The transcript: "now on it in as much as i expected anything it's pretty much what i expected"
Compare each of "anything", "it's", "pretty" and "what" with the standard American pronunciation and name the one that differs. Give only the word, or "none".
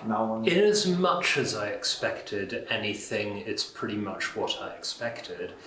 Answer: none